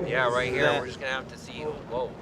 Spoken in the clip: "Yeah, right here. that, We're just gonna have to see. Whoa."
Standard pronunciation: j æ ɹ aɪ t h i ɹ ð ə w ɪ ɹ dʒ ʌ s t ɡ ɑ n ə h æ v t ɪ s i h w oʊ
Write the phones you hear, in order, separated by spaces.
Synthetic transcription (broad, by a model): j æ ɹ aɪ t h i ɹ w ɪ ɹ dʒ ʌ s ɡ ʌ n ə h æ f t ɪ s i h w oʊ